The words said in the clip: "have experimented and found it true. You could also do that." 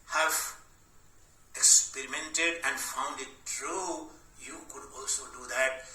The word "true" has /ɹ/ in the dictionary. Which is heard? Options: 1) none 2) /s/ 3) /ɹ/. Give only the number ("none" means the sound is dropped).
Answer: 3